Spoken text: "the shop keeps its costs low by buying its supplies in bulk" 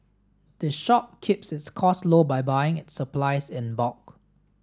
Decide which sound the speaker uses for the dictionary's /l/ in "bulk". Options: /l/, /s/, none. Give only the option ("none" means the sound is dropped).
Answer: none